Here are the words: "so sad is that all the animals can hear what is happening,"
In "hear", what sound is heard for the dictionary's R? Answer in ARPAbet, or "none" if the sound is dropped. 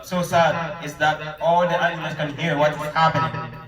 R